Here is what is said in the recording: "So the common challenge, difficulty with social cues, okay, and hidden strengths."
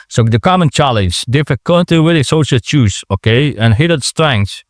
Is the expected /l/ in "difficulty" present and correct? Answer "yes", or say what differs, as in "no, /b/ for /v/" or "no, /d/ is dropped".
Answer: no, /n/ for /l/